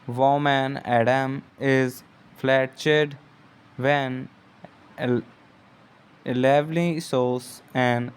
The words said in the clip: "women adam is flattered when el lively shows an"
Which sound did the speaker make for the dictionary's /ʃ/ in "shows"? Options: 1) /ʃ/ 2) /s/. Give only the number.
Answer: 2